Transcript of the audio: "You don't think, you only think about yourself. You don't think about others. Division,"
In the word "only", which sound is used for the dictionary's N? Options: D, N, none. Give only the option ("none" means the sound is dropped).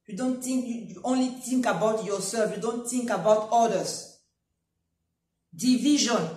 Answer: N